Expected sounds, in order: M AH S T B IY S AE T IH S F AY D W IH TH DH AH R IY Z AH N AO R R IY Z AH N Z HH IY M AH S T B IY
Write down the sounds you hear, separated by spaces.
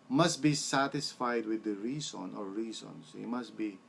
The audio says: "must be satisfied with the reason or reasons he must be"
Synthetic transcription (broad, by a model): M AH S T B IY S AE T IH S F AY D W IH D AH R IY S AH N AO R R IY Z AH N S HH IY M AH S T B IY